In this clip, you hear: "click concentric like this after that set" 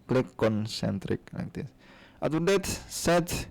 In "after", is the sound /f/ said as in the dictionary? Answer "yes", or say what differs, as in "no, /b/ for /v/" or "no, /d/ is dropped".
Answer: no, /f/ is dropped